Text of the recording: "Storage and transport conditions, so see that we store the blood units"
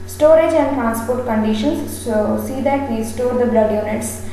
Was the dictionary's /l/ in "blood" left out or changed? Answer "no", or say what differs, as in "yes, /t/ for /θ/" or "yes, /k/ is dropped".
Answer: no